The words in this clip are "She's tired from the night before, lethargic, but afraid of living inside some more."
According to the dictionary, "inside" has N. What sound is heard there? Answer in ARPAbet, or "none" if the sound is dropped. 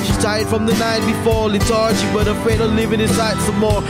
none